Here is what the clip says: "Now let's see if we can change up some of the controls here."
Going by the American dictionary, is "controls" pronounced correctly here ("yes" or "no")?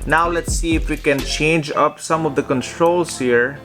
no